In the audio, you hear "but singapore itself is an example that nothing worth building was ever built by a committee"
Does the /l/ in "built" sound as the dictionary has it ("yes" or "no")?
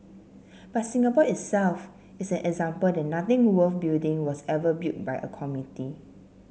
no